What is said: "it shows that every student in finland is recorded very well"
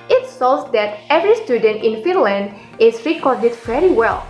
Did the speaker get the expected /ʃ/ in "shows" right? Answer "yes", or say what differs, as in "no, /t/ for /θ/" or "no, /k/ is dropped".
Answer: no, /s/ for /ʃ/